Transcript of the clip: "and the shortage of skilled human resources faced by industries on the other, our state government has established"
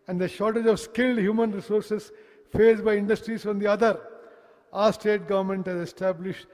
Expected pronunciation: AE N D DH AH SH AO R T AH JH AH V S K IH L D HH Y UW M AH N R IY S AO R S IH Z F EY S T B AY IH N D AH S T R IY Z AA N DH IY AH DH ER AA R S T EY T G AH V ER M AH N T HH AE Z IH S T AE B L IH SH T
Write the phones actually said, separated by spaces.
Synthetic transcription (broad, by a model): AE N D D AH SH AO R T AH JH AH V S K IH L D HH Y UW M AH N R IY S AO R S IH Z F EY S B AY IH N D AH S T R IY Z AA N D IY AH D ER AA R S T EY T G AH V ER M AH N T HH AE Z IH S T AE B L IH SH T